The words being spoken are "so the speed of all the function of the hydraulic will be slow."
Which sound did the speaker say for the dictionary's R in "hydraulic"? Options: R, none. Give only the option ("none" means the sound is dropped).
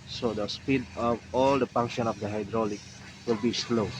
R